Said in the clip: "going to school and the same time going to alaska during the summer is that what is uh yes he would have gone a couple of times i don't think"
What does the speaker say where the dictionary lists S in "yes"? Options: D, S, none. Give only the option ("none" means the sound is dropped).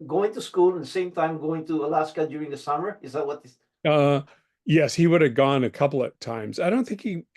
S